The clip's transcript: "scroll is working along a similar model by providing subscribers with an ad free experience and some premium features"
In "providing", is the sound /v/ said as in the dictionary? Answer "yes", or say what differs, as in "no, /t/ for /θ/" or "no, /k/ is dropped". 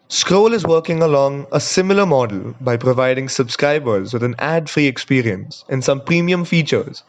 yes